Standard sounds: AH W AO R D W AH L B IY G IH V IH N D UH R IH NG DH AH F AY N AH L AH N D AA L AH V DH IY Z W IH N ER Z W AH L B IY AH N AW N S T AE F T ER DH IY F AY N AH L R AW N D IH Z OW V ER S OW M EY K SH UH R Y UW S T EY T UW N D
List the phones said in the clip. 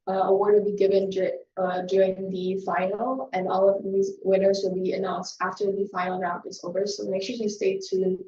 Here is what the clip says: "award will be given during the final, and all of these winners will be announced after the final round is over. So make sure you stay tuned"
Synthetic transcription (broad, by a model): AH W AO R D W AH L B IY G IH V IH N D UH R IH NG DH AH F AY N L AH N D AA L AH V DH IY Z W IH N ER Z W AH L B IY AH N AW N S T AE F T ER DH IY F AY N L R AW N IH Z OW V ER S OW M EY K SH UH R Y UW S T EY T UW